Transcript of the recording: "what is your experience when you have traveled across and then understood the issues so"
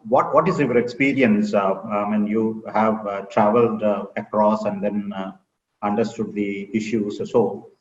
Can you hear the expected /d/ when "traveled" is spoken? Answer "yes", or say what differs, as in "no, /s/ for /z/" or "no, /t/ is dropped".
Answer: yes